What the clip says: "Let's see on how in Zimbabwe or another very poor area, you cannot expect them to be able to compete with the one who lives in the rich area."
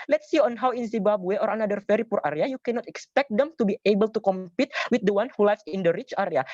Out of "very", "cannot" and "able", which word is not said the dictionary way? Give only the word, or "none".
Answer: very